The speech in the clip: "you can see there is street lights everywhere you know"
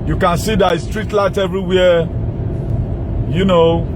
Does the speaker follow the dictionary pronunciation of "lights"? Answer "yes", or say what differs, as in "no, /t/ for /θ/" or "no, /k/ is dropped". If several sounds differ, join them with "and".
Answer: no, /s/ is dropped